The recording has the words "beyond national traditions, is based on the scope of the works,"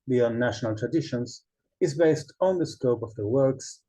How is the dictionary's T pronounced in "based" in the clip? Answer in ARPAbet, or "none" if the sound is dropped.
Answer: T